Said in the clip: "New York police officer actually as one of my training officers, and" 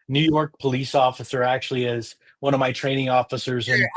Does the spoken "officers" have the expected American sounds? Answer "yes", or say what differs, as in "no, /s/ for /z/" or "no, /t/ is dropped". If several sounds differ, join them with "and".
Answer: yes